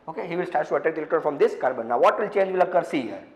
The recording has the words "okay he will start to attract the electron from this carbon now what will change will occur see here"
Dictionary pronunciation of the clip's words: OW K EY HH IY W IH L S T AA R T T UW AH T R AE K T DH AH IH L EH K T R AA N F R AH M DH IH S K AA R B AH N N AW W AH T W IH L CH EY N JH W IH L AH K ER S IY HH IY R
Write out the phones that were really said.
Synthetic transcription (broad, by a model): OW K EY HH IY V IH L S T AA R T T UW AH T AE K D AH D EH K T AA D F R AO M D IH S K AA R B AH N N AW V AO T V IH L CH EY N JH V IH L AH K ER S IY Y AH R